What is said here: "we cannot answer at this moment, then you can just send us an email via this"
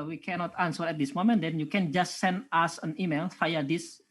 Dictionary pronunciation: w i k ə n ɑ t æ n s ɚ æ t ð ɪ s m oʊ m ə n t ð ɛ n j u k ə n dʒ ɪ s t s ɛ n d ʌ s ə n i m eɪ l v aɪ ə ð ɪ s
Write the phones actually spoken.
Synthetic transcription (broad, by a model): w i k ə n ɑ t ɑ n s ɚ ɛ t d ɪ s m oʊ m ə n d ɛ n j u k ə n dʒ ɪ s t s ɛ n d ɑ s ə n i m eɪ l f aɪ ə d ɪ s